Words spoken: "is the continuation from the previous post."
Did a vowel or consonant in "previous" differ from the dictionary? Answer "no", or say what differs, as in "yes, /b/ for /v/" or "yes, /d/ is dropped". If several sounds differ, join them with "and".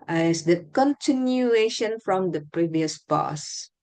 no